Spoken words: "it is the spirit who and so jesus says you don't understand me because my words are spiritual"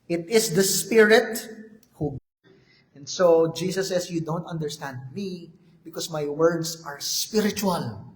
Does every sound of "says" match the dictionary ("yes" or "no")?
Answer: no